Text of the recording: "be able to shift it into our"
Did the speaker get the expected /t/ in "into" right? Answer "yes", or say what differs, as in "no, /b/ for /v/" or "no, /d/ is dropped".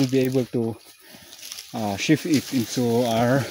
no, /s/ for /t/